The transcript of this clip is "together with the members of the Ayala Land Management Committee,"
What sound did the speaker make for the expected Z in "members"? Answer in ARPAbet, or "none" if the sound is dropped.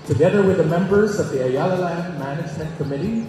Z